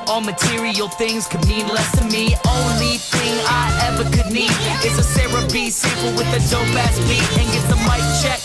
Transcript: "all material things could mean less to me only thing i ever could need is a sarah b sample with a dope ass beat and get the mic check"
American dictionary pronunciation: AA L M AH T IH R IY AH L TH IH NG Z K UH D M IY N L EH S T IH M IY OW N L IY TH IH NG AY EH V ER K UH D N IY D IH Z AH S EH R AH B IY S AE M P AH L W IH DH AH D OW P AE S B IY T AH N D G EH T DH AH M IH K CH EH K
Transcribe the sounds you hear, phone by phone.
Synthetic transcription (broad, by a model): AA L M AH T IH R IY AH L TH IH NG Z K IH D M IY N L EH S T IH M IY OW N L IY TH IH NG AY EH V ER K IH D N IY D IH S AH S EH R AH B IY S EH P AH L W IH DH AH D OW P AE S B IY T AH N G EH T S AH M IH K CH EH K